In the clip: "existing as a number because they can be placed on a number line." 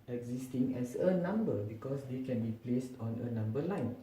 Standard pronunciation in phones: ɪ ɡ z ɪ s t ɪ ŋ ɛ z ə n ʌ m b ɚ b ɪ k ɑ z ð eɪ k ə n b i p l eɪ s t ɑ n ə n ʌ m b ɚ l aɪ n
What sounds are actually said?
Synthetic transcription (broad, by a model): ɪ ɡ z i s t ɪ ŋ ɛ s ə n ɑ m b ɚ b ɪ k ɑ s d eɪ k ə n b i p l eɪ s t ɑ n ə n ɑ m b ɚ l aɪ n